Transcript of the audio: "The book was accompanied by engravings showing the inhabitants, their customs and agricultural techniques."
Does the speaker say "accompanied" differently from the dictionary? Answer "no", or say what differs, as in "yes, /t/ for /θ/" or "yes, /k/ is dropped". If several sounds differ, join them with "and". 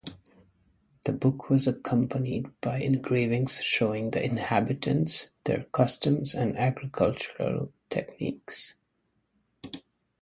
no